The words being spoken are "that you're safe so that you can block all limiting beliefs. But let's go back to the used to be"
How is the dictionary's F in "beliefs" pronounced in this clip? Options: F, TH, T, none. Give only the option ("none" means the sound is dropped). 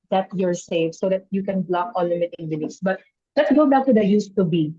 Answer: none